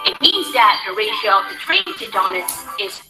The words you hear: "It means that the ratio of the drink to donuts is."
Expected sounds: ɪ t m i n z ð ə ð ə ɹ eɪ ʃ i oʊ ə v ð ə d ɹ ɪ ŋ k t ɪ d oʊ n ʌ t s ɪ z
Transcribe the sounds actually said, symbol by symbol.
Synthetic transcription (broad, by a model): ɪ t m i n z ð ə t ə ɹ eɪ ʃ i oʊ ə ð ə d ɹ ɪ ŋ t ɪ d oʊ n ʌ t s ɪ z